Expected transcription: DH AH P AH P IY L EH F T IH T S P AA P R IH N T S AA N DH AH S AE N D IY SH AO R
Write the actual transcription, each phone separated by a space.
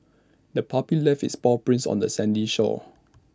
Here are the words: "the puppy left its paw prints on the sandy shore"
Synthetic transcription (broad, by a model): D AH P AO P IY L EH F IH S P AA P R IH N S AA N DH AH S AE N D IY SH AO